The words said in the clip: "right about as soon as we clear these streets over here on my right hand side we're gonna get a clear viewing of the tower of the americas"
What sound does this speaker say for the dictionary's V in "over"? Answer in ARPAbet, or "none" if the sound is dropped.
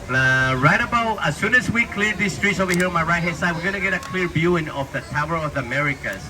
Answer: none